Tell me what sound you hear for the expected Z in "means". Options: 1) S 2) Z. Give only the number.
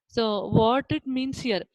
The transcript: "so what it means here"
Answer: 1